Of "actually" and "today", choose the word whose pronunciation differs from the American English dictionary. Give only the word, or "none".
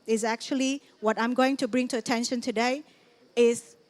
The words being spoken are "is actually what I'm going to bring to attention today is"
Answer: none